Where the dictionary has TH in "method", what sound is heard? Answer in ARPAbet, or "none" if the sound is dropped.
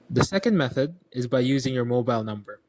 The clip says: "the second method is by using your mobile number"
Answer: TH